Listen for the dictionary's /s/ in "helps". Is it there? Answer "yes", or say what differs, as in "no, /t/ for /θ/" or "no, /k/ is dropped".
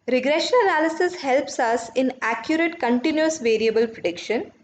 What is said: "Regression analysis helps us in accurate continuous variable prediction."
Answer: yes